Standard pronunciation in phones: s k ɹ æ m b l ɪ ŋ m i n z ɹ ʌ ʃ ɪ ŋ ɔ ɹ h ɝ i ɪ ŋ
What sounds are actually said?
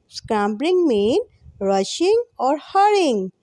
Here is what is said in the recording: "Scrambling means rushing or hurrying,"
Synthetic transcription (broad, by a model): s k ɹ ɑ m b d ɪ ŋ m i n ɹ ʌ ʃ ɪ ŋ ɔ ɹ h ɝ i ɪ ŋ